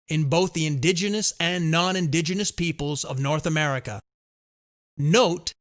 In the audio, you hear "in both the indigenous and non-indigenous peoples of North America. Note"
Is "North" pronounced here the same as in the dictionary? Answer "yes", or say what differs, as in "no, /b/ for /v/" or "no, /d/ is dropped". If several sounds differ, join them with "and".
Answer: yes